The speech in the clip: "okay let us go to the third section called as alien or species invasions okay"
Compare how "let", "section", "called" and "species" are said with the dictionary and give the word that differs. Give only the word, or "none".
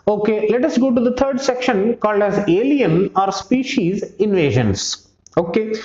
none